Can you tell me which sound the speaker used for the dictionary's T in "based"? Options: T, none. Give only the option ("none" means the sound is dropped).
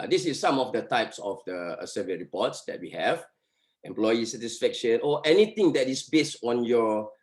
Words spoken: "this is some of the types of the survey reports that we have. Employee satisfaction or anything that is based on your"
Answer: T